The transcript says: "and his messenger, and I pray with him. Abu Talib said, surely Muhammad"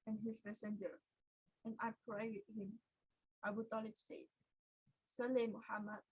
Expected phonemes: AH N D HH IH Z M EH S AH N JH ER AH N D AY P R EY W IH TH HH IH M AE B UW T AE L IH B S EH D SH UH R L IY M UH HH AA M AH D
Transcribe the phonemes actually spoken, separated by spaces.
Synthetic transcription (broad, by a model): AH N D HH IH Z M EH S AH N JH ER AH N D AY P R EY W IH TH HH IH M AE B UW T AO L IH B S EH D S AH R L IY M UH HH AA M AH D